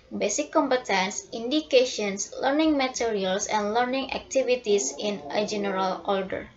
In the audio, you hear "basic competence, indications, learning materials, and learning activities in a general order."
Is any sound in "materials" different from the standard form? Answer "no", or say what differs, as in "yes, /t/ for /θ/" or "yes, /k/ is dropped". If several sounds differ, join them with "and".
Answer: yes, /s/ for /z/